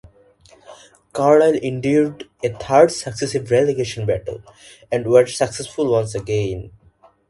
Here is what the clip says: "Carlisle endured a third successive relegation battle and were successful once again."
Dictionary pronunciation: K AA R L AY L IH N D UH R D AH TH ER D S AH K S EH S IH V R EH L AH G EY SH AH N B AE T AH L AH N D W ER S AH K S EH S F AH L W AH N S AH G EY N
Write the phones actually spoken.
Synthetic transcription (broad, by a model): K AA R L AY L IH N D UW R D AH T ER D S AH K S EH S IH V R EH L AH G EY SH AH N B AE T AH L AH N D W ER S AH K S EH S F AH L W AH N S AH G EY N